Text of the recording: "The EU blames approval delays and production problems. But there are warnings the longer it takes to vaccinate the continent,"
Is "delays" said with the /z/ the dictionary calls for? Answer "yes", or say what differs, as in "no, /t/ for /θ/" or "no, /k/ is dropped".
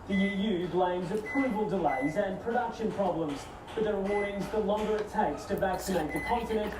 yes